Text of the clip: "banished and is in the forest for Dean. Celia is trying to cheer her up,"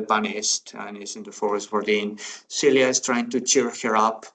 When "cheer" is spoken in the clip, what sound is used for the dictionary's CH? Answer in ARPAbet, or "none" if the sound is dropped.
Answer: CH